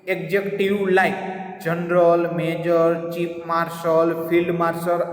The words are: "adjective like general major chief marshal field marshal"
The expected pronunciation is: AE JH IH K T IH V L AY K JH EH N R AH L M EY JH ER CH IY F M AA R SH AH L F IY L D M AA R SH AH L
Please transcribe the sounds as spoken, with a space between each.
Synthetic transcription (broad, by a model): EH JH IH K T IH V L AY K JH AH N R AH L M EY JH ER CH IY P M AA R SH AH L P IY L D M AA R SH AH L